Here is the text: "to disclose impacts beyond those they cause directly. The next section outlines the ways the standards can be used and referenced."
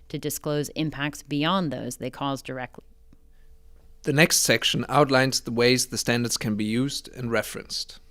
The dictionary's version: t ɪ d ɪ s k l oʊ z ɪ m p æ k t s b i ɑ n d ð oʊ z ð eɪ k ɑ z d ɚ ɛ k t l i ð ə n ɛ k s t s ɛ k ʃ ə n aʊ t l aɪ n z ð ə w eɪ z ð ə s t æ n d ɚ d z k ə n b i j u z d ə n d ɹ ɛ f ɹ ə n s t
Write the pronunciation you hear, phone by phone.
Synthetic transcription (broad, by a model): t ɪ d ɪ s k l oʊ z ɪ m p æ k t s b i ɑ n ð oʊ z ð eɪ k ɑ z d ɚ ɛ k t l i ð ə n ɛ k s t s ɛ k ʃ ə n aʊ t l aɪ n z ð ə w eɪ z ð ə s t æ n d ɚ d z k ə n b i j u z d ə n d ɹ ɛ f ɹ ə n s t